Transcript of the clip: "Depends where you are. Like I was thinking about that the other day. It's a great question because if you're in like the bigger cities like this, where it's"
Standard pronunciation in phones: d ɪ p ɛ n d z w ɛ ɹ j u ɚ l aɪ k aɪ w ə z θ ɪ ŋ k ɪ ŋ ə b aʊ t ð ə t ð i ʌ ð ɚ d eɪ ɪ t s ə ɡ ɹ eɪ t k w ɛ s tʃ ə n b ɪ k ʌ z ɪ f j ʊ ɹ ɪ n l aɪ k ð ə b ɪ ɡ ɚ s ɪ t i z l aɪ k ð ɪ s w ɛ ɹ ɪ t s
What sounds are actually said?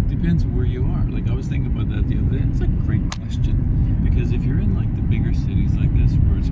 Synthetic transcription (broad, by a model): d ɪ p ɛ n d z w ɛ ɹ j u ɚ l aɪ k aɪ w ə z θ ɪ ŋ k ɪ ŋ ə b aʊ t ð ə t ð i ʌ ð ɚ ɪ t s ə ɡ ɹ eɪ t k w ɛ s tʃ ə n b ɪ k ʌ z ɪ f j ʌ ɹ ɪ n l aɪ k ð ə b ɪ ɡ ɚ s ɪ t i z l aɪ k ð ɪ s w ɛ ɹ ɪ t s